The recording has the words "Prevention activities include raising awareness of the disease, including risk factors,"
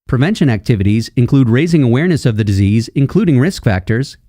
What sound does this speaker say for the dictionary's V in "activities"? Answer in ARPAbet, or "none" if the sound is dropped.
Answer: V